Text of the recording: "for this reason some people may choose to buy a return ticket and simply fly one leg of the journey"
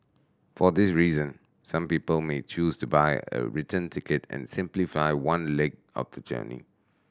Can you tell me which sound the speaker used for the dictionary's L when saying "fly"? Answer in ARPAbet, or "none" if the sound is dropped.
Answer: none